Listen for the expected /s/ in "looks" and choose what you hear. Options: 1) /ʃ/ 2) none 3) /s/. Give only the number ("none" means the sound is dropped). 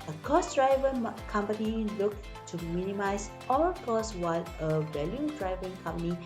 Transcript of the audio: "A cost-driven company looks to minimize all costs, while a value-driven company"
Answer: 2